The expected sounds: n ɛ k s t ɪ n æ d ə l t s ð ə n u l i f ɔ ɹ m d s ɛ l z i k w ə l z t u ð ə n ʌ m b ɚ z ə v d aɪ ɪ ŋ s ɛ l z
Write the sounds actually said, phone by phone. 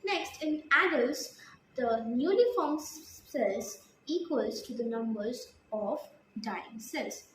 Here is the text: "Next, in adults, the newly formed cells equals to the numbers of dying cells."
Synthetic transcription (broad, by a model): n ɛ k s t ɪ n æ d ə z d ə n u n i f ɔ ɹ m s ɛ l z i k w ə l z t u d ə n ʌ m b ɚ z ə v d aɪ ɪ ŋ s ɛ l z